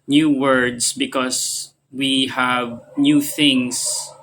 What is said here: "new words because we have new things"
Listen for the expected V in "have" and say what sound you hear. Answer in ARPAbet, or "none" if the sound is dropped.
V